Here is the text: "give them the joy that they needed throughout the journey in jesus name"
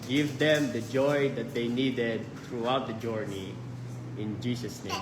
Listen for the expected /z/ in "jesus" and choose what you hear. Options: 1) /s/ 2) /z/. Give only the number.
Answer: 1